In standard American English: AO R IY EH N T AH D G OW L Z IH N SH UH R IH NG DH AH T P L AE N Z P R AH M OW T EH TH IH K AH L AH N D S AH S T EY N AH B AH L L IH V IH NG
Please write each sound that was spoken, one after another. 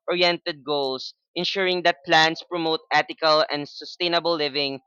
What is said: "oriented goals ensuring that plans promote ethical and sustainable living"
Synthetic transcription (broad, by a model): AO R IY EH N T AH D G OW L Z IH N SH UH R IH NG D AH T P L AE N S P R AH M OW T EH T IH K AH L AH N D S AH S T EY N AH B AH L L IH V IH NG